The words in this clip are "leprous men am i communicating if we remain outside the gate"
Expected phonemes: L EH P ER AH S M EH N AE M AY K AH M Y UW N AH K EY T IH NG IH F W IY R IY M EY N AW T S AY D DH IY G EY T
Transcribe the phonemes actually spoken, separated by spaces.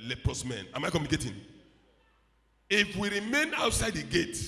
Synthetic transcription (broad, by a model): L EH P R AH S M EH N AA M AY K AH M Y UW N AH K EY T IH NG IH F W IY R IY M EY N AW T S AY D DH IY G EY T